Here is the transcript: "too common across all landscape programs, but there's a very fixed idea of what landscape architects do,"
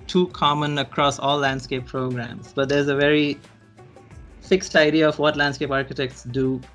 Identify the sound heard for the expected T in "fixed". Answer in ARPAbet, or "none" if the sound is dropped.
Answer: T